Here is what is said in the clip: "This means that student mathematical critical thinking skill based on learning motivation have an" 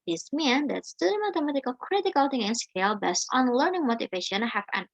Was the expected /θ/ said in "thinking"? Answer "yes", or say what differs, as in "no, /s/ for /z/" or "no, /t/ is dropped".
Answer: no, /t/ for /θ/